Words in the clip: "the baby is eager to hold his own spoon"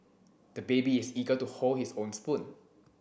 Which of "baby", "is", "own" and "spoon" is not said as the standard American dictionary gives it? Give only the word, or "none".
is